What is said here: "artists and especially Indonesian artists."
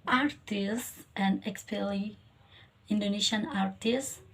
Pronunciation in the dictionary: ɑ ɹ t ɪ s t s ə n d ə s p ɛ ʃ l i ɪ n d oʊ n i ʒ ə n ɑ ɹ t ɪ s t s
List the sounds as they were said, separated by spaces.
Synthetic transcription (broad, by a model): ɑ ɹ t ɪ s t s ə n d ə s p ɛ l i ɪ n d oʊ n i ʃ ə n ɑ ɹ t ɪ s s